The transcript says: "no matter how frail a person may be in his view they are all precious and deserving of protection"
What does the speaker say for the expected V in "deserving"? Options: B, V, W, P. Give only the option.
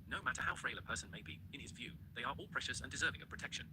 V